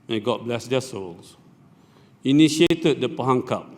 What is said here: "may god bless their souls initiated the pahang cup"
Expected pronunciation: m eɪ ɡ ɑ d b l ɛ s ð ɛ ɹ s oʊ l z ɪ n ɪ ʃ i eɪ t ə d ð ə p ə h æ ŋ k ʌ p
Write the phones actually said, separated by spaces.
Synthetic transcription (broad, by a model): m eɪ ɡ ɑ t b l ɛ s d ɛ s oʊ l s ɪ n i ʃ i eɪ t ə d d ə p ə h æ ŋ k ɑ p